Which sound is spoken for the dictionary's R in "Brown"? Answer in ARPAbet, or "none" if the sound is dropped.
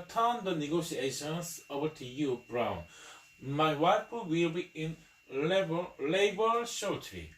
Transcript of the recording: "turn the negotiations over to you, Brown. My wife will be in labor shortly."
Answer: R